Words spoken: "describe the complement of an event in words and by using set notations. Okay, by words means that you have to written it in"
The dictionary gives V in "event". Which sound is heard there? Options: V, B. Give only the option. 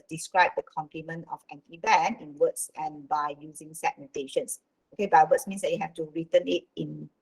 B